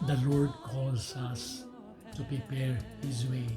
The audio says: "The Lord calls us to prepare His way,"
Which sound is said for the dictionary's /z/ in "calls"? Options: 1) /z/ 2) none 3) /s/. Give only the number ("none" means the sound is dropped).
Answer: 3